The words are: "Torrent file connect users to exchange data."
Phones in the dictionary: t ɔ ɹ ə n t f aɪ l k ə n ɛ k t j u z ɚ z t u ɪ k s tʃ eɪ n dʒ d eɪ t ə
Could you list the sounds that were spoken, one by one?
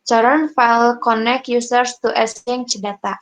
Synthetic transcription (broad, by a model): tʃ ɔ ɹ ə n f aɪ l k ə n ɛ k j u s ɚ s t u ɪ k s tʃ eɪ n tʃ d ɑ t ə